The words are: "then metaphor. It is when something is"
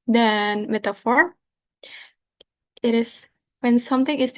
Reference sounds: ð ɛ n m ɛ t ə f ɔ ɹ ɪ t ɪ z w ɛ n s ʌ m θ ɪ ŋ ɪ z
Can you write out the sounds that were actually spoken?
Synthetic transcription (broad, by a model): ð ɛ n m ɛ t ə f ɔ ɹ ɪ t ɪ s w ɛ n s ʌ m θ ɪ ŋ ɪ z